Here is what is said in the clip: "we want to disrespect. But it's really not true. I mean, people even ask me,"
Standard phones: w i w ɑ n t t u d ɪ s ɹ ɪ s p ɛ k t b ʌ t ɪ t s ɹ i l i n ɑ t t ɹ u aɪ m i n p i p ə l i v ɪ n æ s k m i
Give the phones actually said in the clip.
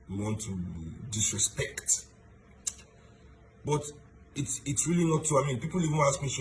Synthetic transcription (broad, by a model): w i w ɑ n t t u d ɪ s ɹ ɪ s p ɛ k t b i t ɪ t s ɹ i l i n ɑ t t u aɪ m i n p i p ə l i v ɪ æ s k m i